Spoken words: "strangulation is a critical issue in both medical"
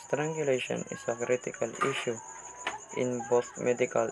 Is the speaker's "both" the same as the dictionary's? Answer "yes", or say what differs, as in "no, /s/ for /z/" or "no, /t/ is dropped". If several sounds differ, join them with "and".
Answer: no, /t/ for /θ/